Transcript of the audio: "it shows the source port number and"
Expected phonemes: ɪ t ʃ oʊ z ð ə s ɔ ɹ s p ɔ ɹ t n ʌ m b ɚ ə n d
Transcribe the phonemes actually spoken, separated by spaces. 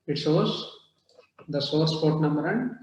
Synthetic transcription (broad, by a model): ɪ t s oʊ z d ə s ɔ ɹ s p ɔ ɹ t n ʌ m b ɚ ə n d